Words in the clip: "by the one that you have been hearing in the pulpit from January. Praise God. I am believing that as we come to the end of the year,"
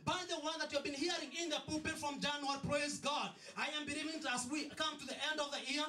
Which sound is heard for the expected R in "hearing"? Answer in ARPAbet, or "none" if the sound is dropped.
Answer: R